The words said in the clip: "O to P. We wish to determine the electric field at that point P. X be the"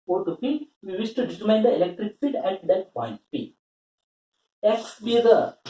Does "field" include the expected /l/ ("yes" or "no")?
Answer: no